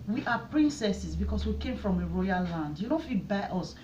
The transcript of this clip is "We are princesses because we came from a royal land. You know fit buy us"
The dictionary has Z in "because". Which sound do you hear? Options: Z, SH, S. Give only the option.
S